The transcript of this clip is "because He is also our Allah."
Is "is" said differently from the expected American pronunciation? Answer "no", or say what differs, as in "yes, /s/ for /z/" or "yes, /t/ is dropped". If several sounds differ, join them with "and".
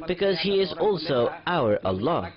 no